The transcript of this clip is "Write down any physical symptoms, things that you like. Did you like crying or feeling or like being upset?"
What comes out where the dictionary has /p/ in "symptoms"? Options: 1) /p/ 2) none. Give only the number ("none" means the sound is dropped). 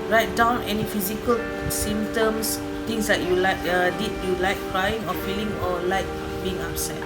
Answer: 2